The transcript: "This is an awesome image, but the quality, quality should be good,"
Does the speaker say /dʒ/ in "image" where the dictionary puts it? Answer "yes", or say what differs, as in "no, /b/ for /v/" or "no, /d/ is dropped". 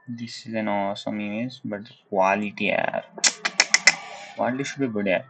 no, /z/ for /dʒ/